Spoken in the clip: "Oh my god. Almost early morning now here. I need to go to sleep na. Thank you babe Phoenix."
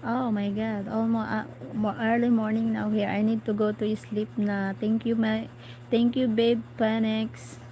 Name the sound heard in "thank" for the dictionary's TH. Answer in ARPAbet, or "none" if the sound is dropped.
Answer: T